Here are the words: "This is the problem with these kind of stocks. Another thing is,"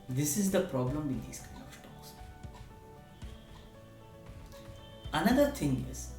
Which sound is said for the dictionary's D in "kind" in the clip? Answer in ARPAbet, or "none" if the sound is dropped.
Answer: none